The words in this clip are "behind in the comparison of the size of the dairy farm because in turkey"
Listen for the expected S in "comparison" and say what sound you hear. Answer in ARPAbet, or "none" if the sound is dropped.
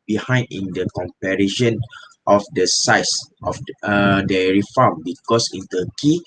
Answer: SH